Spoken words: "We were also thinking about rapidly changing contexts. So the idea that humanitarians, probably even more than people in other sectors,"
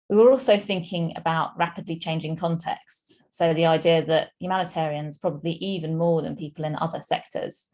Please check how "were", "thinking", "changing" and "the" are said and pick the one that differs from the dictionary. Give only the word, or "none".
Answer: none